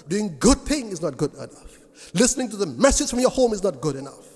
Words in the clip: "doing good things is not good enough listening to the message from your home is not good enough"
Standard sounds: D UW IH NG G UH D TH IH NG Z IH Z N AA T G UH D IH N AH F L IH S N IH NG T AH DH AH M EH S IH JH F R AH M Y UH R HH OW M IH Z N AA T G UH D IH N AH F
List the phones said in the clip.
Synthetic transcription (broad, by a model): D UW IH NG G UH D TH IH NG IH Z N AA T G UH D IH N AH F L IH S N IH NG T AH DH AH M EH S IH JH F R AH M Y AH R HH OW M IH Z N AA T G UH D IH N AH F